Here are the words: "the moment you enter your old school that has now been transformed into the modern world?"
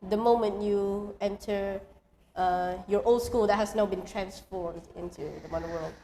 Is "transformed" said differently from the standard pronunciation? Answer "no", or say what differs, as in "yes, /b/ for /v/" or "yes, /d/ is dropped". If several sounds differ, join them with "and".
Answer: no